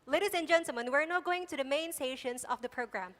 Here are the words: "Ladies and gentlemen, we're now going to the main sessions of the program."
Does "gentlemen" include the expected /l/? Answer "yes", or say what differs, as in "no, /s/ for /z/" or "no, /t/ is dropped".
no, /l/ is dropped